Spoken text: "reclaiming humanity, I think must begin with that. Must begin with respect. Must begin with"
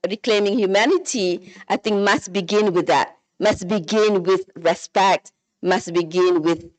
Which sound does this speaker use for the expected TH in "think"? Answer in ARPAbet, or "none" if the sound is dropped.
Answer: TH